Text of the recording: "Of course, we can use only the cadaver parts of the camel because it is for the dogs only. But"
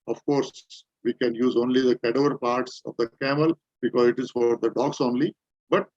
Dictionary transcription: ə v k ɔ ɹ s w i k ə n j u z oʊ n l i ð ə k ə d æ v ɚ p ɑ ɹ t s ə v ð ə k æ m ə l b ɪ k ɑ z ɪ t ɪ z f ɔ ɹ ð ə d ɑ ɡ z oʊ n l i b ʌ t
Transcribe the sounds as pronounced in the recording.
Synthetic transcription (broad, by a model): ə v k ɔ ɹ s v i k ə n j u z oʊ n l i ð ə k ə d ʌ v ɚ p ɑ ɹ t s ə v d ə k æ m ə l b ɪ k ɑ z ɪ t ɪ z f ɔ ɹ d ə d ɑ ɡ s oʊ n l i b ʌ t